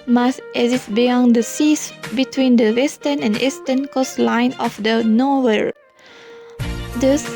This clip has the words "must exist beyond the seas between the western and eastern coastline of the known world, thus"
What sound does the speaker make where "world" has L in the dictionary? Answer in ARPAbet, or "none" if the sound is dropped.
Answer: none